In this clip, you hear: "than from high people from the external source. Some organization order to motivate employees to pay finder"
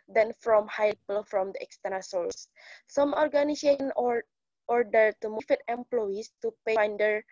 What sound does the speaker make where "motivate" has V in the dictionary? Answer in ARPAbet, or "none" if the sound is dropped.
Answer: F